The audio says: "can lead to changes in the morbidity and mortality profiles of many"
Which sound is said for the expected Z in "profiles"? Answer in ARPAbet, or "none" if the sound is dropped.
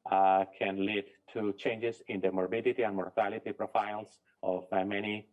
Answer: S